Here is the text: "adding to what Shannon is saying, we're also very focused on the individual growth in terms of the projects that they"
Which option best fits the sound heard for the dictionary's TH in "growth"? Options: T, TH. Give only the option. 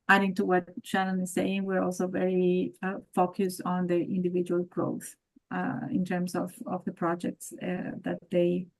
TH